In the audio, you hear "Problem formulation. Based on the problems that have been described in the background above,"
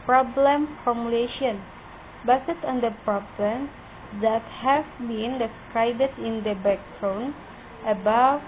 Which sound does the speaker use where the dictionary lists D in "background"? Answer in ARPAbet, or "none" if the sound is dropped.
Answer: none